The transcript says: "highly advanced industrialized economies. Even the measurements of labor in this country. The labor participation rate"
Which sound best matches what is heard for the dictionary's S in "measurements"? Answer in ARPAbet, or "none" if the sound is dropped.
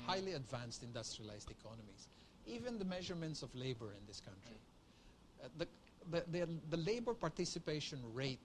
S